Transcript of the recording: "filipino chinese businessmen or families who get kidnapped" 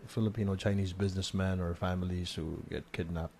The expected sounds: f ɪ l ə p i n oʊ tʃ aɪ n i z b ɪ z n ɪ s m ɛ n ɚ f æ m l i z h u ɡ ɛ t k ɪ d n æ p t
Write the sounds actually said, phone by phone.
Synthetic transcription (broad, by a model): f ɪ l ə p i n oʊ tʃ aɪ n i z b ɪ z n ɪ s m ɛ n ɚ f æ m l i z h u ɡ ɛ t k ɪ d n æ p